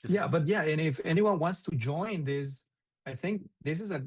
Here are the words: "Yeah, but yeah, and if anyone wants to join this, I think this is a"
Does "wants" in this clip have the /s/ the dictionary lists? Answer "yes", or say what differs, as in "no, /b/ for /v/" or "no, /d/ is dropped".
yes